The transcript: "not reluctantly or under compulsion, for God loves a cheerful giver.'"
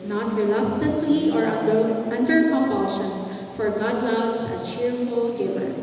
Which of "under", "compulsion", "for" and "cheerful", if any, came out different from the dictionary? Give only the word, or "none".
compulsion